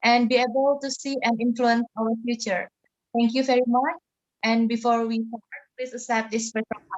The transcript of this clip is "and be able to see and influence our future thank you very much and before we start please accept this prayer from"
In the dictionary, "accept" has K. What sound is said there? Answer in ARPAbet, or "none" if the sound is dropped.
none